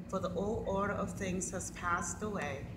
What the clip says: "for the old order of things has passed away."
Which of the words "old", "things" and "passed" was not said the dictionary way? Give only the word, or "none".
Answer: none